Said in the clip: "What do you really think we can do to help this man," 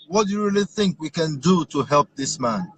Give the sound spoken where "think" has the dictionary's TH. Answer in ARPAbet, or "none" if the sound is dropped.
TH